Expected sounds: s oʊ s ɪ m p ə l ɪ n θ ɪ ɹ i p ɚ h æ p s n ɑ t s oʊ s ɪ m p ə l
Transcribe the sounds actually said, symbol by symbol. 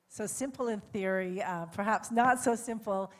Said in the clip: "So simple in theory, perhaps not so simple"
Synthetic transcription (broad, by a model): s oʊ s ɪ m p l ɪ n θ ɪ ɹ i p ɚ h æ p s n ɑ t s oʊ s ɪ m p l